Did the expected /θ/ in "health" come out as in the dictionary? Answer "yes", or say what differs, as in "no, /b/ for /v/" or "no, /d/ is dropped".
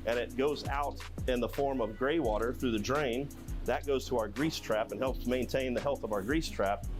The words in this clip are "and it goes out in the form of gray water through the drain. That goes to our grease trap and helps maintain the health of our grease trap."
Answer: yes